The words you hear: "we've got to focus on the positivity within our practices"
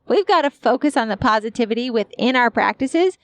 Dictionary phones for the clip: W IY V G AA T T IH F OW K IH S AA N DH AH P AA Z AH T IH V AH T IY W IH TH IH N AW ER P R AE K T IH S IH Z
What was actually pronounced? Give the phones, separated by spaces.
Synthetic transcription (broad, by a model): W IY V G AA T T IH F OW K IH S N DH AH P AA Z AH T IH V AH T IY W IH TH IH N AW ER P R AE K T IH S IH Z